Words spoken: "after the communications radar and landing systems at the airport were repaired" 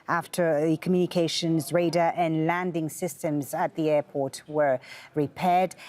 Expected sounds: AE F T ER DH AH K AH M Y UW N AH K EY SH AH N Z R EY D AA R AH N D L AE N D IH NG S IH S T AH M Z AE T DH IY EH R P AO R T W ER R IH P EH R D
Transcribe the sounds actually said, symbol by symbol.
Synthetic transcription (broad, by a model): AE F T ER DH AH K AH M Y UW N AH K EY SH AH N Z R EY D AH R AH N L AE N D IH NG S IH S T AH M Z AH T DH IY EH P AO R T W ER R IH P EH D